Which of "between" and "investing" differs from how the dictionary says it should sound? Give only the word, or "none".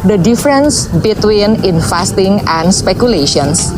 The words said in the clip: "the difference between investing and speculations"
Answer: investing